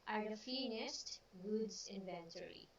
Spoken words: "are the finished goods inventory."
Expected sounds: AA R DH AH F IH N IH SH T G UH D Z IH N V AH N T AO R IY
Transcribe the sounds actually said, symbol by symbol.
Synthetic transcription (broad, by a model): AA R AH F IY N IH S T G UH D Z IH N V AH N T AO R IY